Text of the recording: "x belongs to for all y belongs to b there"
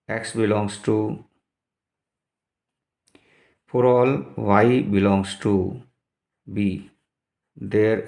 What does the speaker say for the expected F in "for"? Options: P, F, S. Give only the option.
P